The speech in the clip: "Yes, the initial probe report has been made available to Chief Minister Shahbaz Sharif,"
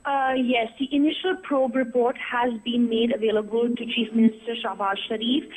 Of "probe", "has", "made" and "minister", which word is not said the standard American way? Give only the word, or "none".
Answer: none